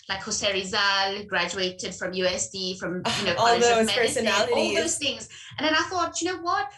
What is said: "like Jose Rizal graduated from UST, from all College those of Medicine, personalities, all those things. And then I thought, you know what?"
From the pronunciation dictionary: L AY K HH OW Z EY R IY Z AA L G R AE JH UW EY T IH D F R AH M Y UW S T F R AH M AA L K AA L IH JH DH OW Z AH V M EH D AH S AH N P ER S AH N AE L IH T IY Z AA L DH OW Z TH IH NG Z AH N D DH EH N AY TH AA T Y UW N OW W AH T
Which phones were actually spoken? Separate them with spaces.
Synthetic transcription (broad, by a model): L AY K HH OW S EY R IY Z AA L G R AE JH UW EY T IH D F R AH M Y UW S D F R AH M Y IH N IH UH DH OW AH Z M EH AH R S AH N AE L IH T AA L DH OW Z TH IH NG Z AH N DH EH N AY TH AA T Y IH N OW W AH T